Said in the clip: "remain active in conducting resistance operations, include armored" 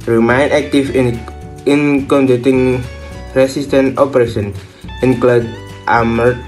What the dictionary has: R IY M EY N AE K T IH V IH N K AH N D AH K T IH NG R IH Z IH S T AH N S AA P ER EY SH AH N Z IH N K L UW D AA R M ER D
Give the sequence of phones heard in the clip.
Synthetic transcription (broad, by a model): R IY M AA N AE K T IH F IH N K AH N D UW T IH NG R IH S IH S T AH N AA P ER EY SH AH N IH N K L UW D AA M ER